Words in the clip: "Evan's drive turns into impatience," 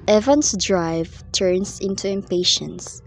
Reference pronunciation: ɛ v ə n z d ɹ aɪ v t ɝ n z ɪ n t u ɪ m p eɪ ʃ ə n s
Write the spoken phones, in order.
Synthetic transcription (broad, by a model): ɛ v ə n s d ɹ aɪ v t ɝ n s ɪ n t u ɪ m p eɪ ʃ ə n s